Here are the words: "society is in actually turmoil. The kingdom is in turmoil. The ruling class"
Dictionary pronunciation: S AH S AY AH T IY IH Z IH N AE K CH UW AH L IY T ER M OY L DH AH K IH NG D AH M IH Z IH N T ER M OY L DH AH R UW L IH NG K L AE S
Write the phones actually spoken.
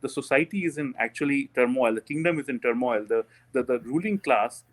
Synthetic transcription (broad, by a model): S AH S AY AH T IY IH Z IH N AE K CH UW AH L IY T ER M OY L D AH K IH NG D AH M IH Z IH N T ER M OY L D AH R UW L IH NG K L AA S